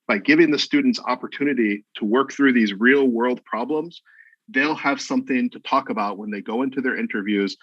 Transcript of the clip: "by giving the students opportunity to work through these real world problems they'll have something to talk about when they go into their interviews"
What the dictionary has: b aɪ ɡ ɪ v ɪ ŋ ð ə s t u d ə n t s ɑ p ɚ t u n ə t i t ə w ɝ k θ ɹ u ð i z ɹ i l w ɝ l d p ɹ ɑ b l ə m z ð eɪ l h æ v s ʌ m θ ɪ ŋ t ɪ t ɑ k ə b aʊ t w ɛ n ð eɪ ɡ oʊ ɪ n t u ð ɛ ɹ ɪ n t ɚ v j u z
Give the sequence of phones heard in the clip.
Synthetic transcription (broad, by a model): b aɪ ɡ ɪ v ɪ ŋ ð ə s t u d n t s ɑ p ɚ t u n ə t i t ə w ɝ k θ ɹ u ð i z ɹ i l w ɝ l d p ɹ ɑ b l ə m z ð eɪ l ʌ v s ʌ m θ ɪ ŋ t ɪ t ɑ k ə b aʊ t w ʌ n ð eɪ ɡ oʊ ɪ n t u ð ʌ ɹ ɪ n t ɚ v j u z